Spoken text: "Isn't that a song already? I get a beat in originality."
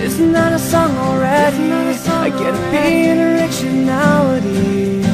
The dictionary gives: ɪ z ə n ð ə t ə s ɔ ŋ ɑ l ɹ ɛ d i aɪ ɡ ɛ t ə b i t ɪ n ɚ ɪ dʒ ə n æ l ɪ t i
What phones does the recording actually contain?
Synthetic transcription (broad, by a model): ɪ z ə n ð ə t ə s ɔ ŋ ɑ l ɹ ɛ d i aɪ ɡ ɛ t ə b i ɪ n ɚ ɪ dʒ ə n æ l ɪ t i